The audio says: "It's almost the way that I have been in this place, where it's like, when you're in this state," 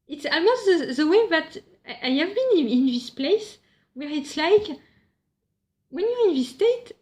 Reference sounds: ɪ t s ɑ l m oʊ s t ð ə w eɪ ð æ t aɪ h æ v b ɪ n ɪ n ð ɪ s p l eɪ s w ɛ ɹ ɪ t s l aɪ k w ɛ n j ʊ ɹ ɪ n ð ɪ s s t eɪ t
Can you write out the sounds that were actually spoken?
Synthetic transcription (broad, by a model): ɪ t s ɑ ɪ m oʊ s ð ð ə w eɪ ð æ t aɪ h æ v b ɪ n ɪ n ð ɪ s p l eɪ s w ɛ ɹ ɪ t s l aɪ k w ɛ n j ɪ ɪ n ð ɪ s s t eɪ t